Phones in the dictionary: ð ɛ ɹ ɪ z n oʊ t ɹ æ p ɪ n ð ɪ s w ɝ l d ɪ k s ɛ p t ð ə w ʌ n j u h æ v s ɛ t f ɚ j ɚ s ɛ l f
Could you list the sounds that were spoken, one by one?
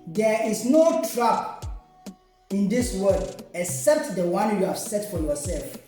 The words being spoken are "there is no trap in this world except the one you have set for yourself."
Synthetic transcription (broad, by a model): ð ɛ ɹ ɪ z n oʊ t ɹ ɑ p ɪ n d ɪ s w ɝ d ɪ k s ɛ p t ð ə w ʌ n j u h æ v s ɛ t f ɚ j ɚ s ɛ l f